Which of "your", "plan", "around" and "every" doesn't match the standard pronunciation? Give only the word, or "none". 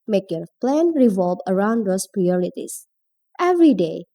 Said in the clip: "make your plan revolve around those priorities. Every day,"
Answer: none